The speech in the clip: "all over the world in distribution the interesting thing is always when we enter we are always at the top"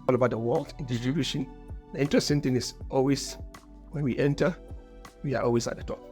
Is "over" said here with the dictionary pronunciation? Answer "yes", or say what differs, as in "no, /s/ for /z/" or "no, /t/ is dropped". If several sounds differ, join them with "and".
no, /b/ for /v/